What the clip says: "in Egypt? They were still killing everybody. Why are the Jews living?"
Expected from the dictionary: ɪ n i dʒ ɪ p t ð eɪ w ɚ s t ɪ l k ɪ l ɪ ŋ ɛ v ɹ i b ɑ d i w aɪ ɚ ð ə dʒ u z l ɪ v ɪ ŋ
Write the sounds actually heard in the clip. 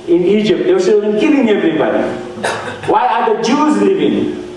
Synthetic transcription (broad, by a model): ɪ n i dʒ ɪ p t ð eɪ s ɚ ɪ n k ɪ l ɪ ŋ ɛ v ɹ i b ɑ d i w aɪ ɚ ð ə dʒ u z l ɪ v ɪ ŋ